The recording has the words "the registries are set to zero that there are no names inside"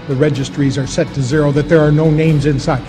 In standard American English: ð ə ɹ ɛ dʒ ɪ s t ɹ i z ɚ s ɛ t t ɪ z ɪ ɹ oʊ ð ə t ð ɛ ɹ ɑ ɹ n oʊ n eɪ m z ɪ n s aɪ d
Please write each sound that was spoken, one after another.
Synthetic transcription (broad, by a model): ð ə ɹ ɛ dʒ ɪ s t ɹ i z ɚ s ɛ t t ɪ z ɪ ɹ oʊ ð ə t ð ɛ ɹ ɑ ɹ n oʊ n eɪ m z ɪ n s aɪ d